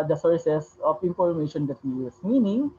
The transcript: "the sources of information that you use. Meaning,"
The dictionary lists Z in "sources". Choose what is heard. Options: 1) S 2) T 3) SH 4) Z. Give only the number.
1